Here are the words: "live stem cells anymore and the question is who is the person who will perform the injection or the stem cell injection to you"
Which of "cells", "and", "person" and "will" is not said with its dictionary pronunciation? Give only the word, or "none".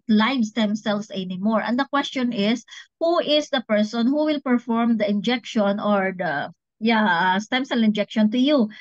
cells